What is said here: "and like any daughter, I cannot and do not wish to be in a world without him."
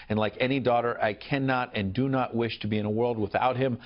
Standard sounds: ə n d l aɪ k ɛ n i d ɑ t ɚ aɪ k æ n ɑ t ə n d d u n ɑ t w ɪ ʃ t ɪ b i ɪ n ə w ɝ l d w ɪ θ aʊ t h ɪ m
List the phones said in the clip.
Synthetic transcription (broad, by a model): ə n l aɪ k ɛ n i d ɑ t ɚ aɪ k æ n ɑ t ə n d d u n ɑ t w ɪ ʃ t ɪ b i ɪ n ə w ɝ l d w ɪ θ aʊ t h ɪ m